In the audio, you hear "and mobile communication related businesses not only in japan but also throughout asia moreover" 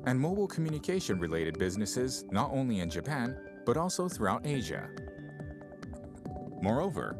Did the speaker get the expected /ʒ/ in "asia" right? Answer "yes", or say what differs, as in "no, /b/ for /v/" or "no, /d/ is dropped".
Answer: yes